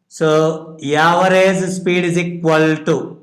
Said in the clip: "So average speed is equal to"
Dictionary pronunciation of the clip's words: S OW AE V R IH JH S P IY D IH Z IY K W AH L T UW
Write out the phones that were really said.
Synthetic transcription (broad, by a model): S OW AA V R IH Z S P IY D IH Z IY K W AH L T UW